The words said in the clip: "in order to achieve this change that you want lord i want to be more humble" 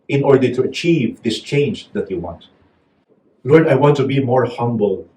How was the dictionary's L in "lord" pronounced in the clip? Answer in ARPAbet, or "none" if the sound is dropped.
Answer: L